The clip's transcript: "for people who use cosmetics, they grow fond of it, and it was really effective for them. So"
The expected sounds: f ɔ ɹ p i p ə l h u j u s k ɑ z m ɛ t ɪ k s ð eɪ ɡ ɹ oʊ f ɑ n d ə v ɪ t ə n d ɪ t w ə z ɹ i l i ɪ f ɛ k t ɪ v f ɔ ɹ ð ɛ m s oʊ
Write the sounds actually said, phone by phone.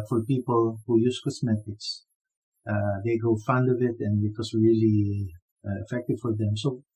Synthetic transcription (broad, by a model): f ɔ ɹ p i p ə l h u j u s k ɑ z m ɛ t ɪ k s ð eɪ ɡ oʊ f ɑ n d ə v ɪ t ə n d ɪ t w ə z ɹ i l i ɪ f ɛ k t ɪ v f ɔ ɹ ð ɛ m s oʊ